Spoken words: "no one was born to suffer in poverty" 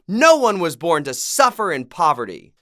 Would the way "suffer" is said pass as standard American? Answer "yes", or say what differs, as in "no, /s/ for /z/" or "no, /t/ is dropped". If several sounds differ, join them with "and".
yes